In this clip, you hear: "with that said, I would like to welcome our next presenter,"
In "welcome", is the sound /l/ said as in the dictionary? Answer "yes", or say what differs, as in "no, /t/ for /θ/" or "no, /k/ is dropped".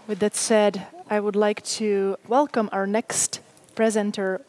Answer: yes